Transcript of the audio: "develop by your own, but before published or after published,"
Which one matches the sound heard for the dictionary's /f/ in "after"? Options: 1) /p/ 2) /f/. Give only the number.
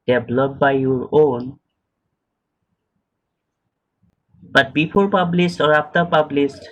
1